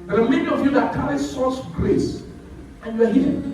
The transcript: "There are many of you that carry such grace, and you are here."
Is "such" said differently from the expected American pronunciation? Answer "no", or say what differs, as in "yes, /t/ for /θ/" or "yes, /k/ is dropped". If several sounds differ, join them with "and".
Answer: yes, /s/ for /tʃ/